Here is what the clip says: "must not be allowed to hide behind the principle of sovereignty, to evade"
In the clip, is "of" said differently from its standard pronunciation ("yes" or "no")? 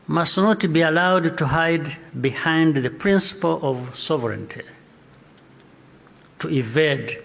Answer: no